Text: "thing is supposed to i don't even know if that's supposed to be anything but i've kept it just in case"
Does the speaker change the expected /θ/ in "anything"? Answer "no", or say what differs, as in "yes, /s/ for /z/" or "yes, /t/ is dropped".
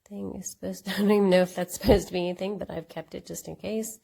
no